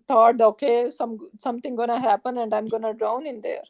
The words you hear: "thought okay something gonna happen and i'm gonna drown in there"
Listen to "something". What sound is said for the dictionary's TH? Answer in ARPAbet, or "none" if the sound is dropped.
S